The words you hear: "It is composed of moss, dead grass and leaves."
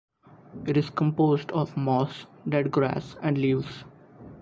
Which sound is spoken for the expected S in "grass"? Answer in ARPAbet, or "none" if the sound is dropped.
S